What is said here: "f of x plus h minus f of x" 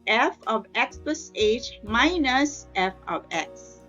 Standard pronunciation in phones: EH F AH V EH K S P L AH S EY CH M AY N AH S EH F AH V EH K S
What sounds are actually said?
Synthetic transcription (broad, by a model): EH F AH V EH K S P AH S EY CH M AY N AH S EH F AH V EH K S